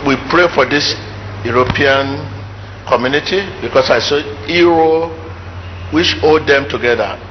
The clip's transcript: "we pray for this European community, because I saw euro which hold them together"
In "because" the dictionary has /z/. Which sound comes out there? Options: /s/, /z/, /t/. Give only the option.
/s/